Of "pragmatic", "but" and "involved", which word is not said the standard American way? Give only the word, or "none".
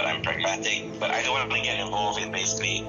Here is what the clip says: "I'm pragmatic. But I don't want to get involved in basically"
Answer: involved